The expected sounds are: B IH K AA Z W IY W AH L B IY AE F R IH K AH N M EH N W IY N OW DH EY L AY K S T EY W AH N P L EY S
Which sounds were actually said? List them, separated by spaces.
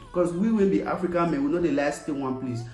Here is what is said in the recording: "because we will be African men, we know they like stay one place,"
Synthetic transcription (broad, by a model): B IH K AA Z W IY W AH N B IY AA F R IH K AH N M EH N W IY N OW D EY L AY S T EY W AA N P L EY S